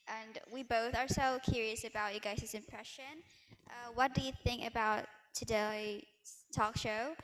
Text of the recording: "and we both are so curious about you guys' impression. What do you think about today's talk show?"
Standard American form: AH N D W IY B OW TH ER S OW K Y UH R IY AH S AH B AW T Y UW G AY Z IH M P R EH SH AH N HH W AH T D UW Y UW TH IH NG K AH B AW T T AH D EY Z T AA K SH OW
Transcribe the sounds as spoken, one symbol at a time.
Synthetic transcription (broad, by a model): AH N W IY B OW TH ER S OW K Y UH R IY AH S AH B AW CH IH G AY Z IH M P R EH SH AH N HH W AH T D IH Y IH TH IH NG K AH B AW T T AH D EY T AA K SH OW